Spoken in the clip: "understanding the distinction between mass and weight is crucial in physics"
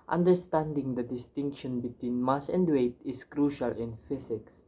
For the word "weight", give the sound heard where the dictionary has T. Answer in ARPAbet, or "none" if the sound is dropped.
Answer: T